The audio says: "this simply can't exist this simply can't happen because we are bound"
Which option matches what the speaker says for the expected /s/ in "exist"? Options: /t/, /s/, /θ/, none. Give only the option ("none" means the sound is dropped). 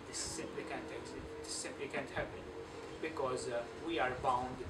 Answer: none